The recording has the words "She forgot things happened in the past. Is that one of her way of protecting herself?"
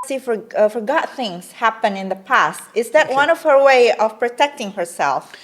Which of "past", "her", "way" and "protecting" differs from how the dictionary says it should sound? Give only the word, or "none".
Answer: none